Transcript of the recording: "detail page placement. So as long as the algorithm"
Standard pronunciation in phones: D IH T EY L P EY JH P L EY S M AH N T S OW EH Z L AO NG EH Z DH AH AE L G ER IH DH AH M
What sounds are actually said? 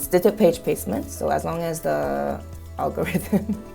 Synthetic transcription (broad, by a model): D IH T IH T P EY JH P EY S M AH N T S OW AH Z L AO NG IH Z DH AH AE L G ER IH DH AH M